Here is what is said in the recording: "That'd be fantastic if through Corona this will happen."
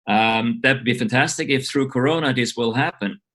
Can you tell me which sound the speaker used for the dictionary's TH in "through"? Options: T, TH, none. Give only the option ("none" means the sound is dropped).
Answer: TH